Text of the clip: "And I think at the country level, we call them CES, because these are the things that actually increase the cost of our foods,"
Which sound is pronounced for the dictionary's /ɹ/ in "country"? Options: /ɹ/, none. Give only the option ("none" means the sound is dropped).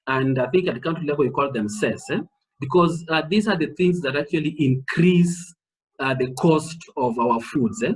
none